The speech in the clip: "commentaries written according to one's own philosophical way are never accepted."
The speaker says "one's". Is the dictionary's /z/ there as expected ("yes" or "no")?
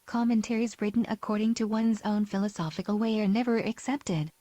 yes